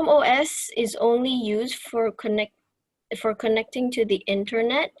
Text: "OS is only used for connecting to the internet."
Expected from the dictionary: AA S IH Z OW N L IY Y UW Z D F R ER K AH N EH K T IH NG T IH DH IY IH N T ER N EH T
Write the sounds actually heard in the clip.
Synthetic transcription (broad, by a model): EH S IH Z OW N L IY Y UW Z D F R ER K AH N EH K T IH NG T IH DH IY IH N T ER N EH T